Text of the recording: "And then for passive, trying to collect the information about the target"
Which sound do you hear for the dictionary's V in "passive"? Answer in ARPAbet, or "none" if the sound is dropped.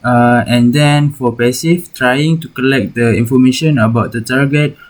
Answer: F